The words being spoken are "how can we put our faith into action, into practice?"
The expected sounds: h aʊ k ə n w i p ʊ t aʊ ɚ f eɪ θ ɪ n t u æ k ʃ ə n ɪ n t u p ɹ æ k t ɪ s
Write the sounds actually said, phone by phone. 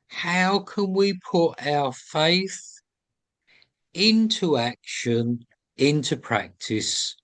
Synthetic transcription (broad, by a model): h aʊ k ə n w i p ʊ t aʊ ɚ f eɪ θ ɪ n t u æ k ʃ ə n ɪ n t u p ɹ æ k t ɪ s